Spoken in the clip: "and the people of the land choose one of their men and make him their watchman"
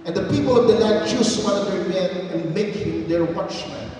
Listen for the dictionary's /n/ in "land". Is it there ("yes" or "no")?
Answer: no